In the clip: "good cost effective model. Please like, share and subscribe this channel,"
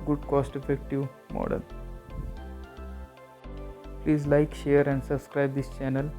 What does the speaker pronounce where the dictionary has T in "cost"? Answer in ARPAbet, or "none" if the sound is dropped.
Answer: T